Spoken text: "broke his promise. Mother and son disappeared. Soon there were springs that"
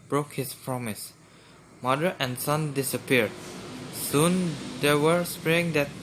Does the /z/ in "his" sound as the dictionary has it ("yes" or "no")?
no